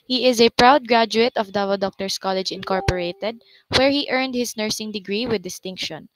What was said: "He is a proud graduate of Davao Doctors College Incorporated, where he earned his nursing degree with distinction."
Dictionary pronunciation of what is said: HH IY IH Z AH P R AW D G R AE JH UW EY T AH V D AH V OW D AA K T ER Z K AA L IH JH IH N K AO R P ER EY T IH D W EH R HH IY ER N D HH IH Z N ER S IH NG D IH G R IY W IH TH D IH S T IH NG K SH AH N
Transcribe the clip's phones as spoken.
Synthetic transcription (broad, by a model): HH IY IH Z AH P R AW D G R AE JH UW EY T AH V D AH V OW D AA K T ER S K AA L IH JH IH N K AO R P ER EY T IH D W EH R HH IY ER N D HH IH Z N ER S IH NG D IH G R IY W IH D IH S T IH NG K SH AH N